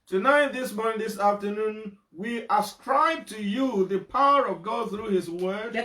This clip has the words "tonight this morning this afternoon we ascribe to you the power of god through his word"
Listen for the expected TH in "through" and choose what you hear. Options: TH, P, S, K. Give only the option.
TH